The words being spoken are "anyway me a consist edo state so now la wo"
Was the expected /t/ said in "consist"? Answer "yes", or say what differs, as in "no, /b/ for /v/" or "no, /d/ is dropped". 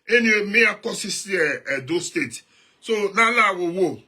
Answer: no, /t/ is dropped